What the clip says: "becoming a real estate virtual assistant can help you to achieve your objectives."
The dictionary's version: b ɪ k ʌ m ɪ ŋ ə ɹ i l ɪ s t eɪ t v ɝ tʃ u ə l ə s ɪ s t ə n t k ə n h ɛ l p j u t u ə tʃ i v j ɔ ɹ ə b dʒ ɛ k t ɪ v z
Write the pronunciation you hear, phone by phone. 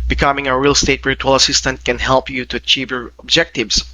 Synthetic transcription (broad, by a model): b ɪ k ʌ m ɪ ŋ ə ɹ i l s t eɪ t b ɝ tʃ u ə l ə s ɪ s t ə n t k ə n h ɛ l p j u t u ə tʃ i v j ɔ ɹ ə b dʒ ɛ k t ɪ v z